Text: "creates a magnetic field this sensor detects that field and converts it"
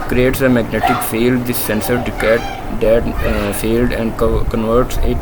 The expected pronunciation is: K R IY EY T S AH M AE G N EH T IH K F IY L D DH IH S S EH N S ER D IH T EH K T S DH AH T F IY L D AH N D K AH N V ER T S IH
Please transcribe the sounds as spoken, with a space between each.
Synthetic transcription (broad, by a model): K R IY EY T S AH M AE G N EH T IH K F IY L D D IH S S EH N S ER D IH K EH T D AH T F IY L D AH N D K AH N V ER T S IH